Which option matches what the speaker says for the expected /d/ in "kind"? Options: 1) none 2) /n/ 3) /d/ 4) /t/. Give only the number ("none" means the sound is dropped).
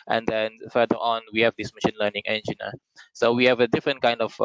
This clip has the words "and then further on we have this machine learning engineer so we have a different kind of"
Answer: 3